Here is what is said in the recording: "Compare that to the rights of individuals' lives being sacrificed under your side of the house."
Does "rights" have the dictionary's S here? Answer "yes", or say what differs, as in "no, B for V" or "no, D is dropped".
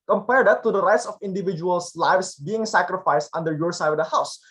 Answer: yes